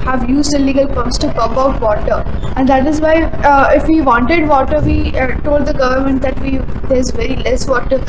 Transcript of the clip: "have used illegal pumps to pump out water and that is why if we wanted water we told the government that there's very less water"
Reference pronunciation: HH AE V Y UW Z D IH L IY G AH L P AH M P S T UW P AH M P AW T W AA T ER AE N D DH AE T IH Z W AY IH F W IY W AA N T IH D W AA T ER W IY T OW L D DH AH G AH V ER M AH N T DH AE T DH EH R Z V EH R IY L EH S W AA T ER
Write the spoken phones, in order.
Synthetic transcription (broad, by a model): HH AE V Y UW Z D IH L IY G AH L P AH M S T UW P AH P AW T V AA T ER AE N D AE T IH Z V AY IH F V IY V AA N T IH D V AA T ER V IY T OW L D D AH G AH V ER M AH N T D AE T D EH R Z V EH R IY L EH S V AA T ER